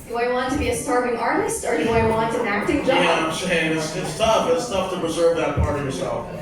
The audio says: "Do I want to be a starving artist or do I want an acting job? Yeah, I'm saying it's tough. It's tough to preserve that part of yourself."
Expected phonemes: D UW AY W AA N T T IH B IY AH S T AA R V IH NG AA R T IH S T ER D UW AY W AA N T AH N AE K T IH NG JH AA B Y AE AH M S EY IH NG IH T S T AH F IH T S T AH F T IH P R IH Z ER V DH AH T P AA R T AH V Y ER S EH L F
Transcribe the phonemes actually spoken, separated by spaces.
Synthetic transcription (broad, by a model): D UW AY W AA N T T IH B IY AH S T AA R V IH NG AA R T IH S T ER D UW AY W AA N T AH N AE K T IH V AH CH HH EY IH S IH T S T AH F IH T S T AH F T IH P R IH Z ER V DH AH T P AA R T AH V Y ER S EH L F